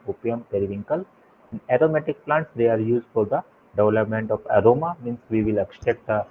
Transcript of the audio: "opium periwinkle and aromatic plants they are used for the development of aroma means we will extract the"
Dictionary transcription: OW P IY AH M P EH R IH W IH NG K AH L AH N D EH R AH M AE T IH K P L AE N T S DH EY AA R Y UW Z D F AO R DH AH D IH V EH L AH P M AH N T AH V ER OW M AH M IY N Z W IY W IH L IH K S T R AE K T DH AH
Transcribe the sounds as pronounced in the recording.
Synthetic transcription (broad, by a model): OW P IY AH M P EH R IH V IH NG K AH L AH N D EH R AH M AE T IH K P L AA N T S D EY AA R Y UW Z D F AO R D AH D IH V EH L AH P M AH N T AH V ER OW M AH M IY N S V IY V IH L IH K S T EH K T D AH